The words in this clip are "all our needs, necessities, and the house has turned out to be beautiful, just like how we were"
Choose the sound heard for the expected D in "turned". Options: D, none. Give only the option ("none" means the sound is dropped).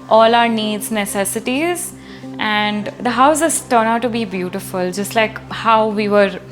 none